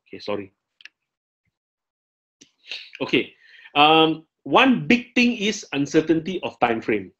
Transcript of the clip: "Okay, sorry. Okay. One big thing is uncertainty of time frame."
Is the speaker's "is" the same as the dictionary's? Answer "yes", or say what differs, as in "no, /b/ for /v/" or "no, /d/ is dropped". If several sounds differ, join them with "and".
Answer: no, /s/ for /z/